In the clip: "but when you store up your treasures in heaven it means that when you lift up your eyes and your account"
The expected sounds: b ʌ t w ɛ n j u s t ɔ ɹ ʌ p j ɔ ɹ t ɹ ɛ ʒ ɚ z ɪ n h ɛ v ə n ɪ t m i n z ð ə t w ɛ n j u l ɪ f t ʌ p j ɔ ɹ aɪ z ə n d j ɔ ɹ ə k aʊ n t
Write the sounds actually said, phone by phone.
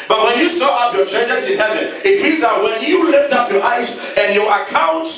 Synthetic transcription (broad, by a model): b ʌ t w ɛ n j u s t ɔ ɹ ʌ p j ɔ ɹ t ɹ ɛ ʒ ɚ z ɪ n h ɛ v ə n ɪ t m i z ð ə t w ɛ n j u l ɪ f t ʌ p j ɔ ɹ aɪ s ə n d j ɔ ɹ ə k aʊ n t